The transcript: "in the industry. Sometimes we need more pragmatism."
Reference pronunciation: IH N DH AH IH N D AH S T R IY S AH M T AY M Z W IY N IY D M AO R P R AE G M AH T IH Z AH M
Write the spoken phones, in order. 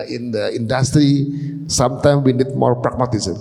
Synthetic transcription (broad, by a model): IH N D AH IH N D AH S T R IY S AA M T AY M W IY N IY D M AO R P R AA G M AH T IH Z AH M